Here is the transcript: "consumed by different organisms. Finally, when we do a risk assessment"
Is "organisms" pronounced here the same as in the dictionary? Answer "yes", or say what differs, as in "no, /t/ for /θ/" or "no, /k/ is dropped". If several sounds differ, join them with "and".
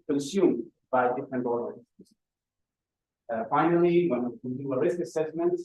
no, /n/ is dropped